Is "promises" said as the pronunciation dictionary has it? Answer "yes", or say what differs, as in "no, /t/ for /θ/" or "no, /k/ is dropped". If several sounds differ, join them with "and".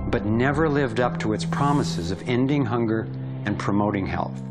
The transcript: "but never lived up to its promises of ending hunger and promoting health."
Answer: yes